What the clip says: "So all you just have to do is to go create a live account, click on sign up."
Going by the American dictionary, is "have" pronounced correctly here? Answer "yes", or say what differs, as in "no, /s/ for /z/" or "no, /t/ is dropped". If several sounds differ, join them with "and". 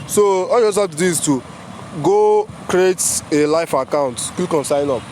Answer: no, /p/ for /v/